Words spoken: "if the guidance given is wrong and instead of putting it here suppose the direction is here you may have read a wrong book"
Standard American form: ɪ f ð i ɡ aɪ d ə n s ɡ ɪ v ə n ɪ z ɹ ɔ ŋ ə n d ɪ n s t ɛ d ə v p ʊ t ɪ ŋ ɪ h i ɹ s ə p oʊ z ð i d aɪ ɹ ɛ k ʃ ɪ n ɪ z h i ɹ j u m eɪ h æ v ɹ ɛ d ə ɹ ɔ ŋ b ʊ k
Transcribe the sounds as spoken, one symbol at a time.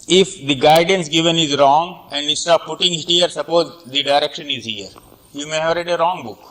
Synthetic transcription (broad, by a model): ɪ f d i ɡ aɪ d ə n s ɡ ɪ v ə n ɪ z ɹ ɔ ŋ ə n d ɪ s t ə p p ʊ t ɪ ŋ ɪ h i ɹ s ə p oʊ z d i d aɪ ɹ ɛ k ʃ ɪ n ɪ z h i ɹ j u m eɪ h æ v ɹ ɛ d ə ɹ ɔ ŋ b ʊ k